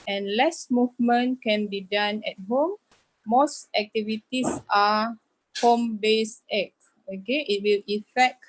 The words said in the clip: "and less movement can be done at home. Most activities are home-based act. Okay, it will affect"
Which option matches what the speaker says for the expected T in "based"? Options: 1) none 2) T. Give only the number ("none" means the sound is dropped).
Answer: 1